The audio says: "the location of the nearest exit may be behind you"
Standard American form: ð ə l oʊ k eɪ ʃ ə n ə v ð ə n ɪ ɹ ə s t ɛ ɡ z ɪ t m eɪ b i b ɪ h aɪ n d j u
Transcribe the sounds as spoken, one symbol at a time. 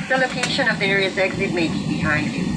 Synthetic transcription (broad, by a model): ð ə l oʊ k eɪ ʃ ə n ə v ð ə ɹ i ə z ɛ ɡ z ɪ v m eɪ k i b ɪ h aɪ n d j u